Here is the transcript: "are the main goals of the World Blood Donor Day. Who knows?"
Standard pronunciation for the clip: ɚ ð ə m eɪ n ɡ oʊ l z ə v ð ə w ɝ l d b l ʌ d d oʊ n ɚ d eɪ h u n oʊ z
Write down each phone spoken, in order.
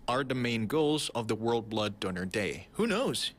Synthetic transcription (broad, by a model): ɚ ð ə m eɪ n ɡ oʊ l z ə v ð ə w ɝ l d b l ʌ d d oʊ n ɚ d eɪ h u n oʊ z